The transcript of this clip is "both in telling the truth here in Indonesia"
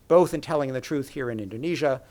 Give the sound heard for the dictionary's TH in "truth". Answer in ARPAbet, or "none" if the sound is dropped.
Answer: TH